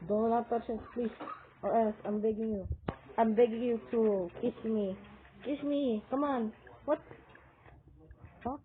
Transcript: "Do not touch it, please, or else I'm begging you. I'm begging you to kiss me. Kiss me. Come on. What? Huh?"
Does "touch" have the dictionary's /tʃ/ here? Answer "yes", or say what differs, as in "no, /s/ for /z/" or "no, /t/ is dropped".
no, /s/ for /tʃ/